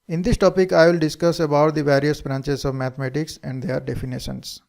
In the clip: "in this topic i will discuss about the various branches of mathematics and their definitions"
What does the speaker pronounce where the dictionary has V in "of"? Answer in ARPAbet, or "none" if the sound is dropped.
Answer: V